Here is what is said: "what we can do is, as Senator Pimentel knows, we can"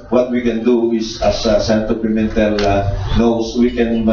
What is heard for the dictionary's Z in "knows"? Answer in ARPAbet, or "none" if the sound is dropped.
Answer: S